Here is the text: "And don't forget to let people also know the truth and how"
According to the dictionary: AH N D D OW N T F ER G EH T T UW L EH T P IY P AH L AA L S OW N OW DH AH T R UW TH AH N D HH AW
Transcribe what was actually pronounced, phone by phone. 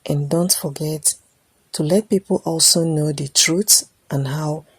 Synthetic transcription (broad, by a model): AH N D D OW N T F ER G EH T T UW L EH T P IY P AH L AA L S OW N OW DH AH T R UW S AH N HH AW